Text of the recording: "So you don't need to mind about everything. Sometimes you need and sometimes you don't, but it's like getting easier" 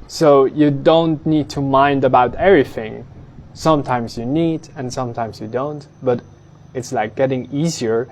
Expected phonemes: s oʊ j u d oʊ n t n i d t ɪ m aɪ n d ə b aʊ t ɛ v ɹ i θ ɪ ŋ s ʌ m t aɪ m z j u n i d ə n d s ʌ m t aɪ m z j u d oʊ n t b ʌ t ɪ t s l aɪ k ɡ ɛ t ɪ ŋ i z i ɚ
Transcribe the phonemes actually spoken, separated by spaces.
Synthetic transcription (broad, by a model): s oʊ j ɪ d oʊ n t n i d t ɪ m aɪ n d ə b aʊ t ɛ v ɹ i θ ɪ ŋ s ʌ m t aɪ m z j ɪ n i d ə n s ʌ m t aɪ m z j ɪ d oʊ n t b ʌ t ɪ t s l aɪ k ɡ ɛ t ɪ ŋ i z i ɚ